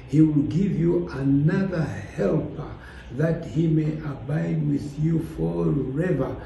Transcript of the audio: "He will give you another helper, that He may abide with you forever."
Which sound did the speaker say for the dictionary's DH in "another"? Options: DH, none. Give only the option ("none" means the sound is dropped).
DH